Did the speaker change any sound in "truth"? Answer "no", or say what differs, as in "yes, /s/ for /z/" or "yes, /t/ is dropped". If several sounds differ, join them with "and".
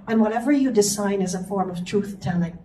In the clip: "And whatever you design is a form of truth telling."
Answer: no